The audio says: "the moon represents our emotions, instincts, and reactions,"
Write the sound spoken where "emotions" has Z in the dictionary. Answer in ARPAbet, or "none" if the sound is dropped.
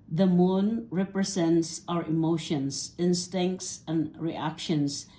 S